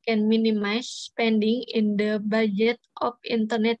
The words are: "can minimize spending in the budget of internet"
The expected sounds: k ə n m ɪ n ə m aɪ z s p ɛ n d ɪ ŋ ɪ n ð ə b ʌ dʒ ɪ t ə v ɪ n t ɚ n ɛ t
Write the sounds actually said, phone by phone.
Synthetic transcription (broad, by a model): k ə n m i n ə m aɪ s p ɛ n d ɪ ŋ ɪ n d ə b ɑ dʒ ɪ t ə f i n t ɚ n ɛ t